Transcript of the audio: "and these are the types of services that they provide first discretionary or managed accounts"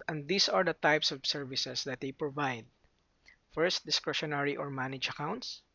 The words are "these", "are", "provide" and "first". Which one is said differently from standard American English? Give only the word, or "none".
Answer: these